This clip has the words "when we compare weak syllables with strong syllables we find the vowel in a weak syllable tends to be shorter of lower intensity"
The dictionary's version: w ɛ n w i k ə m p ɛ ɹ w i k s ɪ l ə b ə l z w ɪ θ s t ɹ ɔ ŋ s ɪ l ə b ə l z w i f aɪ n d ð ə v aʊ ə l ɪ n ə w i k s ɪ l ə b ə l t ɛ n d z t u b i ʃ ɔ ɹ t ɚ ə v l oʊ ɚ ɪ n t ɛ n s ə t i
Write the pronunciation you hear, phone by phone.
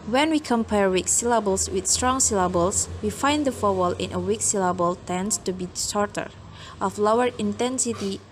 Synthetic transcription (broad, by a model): w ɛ n w i k ə m p ɛ ɹ w i k s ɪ l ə b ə l s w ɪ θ s t ɹ ɔ ŋ s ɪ l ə b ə l s w i f aɪ n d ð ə f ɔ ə l ɪ n ə w i k s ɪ l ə b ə l t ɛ n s t u b i s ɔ ɹ t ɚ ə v l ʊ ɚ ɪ n t ɛ n s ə t i